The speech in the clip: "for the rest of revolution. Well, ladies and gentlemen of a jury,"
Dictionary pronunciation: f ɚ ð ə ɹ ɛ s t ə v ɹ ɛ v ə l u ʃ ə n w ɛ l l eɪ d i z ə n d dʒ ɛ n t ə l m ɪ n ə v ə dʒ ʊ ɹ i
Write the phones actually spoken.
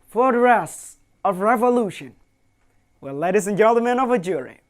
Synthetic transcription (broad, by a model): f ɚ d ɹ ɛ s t ə v ɹ ɛ v ə l u ʃ ə n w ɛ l l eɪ d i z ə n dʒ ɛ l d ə m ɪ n ə v ə dʒ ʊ ɹ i